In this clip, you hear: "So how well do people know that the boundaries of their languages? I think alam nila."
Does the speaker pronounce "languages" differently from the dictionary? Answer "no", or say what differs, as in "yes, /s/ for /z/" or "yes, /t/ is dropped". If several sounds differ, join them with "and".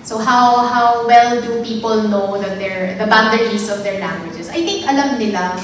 yes, /s/ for /z/